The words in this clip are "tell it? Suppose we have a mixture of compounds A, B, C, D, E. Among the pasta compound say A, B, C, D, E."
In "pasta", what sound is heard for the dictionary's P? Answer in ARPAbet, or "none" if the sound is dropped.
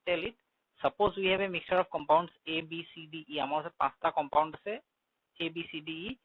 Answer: P